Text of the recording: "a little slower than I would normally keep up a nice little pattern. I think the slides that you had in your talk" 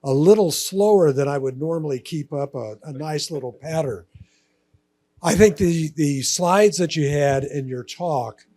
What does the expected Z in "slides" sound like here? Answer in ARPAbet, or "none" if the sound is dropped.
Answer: Z